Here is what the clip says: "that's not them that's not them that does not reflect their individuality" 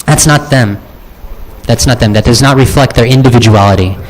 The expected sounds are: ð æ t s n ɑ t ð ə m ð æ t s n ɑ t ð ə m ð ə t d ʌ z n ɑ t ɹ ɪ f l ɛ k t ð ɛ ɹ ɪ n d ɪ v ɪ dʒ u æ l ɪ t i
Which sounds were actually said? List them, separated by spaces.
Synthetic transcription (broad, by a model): ð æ t s n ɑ t ð ə m ð æ t s n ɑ t ð ə m ð ə t d ʌ z n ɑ t ɹ ɪ f l ɛ k t ð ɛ ɹ ɪ n d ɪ v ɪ dʒ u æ l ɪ t i